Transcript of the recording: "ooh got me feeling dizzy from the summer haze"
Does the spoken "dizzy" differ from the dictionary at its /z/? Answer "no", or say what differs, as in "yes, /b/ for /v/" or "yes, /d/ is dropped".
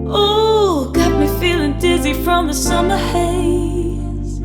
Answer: no